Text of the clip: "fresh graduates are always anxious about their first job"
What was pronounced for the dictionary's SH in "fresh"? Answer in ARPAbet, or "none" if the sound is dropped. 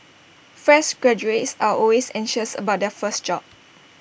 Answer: S